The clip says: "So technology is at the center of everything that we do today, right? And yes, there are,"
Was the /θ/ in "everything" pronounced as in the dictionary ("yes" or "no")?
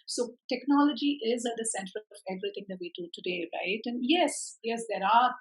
no